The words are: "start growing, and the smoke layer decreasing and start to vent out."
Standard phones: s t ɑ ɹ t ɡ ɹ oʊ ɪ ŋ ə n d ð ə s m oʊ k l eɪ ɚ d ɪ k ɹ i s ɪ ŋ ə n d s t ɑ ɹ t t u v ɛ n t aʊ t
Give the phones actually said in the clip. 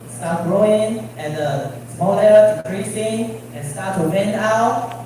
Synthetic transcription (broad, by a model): s t ɑ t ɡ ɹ oʊ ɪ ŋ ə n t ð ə s m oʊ l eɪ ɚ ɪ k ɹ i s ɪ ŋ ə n s t ɑ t t u w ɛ n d aʊ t